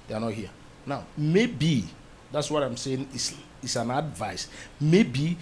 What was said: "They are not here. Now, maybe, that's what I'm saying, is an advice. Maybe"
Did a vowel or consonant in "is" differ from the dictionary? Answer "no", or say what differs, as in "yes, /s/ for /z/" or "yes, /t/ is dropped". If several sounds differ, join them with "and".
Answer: yes, /s/ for /z/